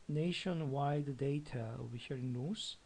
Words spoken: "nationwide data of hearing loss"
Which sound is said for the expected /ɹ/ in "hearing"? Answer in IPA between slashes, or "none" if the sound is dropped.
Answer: /ɹ/